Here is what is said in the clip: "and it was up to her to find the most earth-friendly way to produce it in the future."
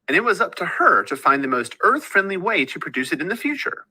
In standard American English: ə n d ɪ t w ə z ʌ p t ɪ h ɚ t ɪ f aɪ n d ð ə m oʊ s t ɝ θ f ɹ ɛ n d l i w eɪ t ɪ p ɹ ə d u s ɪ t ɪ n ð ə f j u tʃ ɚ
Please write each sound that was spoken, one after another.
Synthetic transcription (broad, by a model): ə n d ɪ t w ə z ʌ p t ɪ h ɚ t ɪ f aɪ n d ð ə m oʊ s t ɝ θ f ɹ ɛ n d l i w eɪ t ɪ p ɹ ə d u s ɪ t ɪ n ð ə f j u tʃ ɚ